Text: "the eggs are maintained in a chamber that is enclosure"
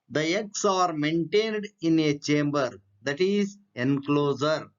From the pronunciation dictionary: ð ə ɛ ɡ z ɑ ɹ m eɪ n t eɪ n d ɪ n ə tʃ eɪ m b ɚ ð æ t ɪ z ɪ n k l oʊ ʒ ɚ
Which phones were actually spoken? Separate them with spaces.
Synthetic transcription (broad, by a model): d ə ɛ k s ɑ ɹ m eɪ n t eɪ n d ɪ n ə tʃ eɪ m b ɚ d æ t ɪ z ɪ n k l oʊ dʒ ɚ